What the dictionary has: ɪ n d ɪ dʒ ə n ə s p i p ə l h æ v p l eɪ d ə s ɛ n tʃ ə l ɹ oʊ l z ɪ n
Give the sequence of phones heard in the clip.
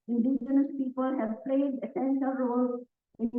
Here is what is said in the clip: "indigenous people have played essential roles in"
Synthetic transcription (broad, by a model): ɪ n d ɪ dʒ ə n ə s p i p ə l h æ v p l eɪ d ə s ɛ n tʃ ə ɹ oʊ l ɪ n